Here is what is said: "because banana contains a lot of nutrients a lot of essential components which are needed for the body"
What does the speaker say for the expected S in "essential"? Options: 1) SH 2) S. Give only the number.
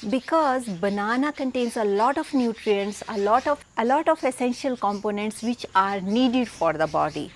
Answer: 2